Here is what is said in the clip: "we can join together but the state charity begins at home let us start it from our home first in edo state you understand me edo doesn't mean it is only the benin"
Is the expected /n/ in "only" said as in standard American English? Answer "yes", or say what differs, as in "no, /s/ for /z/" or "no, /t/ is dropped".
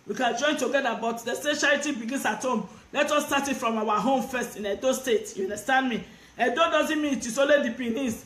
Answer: no, /n/ is dropped